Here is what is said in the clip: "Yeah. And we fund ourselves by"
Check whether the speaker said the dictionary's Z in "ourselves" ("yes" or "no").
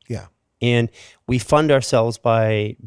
yes